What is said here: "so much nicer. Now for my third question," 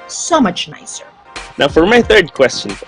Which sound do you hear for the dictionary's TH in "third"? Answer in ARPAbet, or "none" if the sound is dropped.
TH